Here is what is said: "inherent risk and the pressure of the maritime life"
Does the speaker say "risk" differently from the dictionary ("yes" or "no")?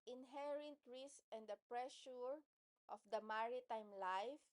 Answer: yes